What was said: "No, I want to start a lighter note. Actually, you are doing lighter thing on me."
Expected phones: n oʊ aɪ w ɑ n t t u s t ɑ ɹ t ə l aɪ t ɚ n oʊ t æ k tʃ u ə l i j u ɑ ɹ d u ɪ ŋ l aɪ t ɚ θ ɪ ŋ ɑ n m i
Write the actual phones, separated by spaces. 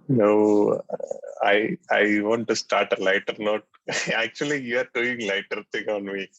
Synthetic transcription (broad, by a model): n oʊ aɪ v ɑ n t t u s t ɑ ɹ t ə l aɪ t ɚ n oʊ t æ k tʃ u ə l i j u ɑ ɹ d u ɪ ŋ l aɪ t ɚ t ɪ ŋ ɑ n m i